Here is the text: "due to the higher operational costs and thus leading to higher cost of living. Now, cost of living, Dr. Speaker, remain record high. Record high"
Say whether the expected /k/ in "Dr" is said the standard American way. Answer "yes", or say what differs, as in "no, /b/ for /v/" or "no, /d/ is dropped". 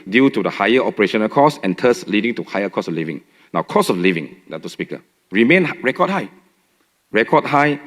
no, /k/ is dropped